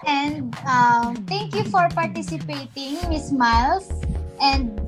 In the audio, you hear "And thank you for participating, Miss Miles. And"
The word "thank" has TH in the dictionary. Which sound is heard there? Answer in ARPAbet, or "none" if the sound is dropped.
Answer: T